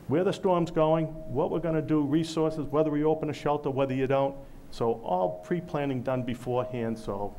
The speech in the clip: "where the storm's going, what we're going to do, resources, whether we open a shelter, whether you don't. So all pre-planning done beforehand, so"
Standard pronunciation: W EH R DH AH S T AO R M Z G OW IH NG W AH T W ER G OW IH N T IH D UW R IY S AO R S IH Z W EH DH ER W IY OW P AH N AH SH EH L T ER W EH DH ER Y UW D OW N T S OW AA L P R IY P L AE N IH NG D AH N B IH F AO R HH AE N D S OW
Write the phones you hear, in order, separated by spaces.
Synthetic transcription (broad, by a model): W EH R DH AH S T AO R M Z G OW IH NG W AH T W ER G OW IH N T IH D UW R IY S AO R S IH Z W EH DH ER W IY OW P AH N AH SH EH L T ER W EH DH ER Y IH D OW N T S OW AA L P R IY P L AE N IH NG D AH N B IH F AO R HH AE N D S OW